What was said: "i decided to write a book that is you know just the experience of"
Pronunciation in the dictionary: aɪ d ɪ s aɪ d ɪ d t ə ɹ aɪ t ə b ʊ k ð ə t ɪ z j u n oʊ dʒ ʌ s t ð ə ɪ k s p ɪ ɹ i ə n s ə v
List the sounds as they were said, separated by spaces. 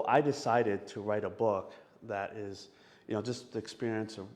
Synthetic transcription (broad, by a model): aɪ d ɪ s aɪ d ɪ d t ə ɹ aɪ t ə b ʊ k ð ə t ɪ z j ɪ n oʊ dʒ ʌ s t ɪ k s p ɪ ɹ i ə n s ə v